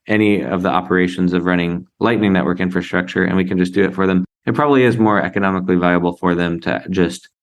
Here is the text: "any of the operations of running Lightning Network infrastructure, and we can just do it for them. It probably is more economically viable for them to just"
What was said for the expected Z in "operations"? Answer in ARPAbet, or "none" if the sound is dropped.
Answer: Z